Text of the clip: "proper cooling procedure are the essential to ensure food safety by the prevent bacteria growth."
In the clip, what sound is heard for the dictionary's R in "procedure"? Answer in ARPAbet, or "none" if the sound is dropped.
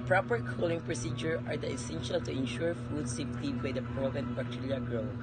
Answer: R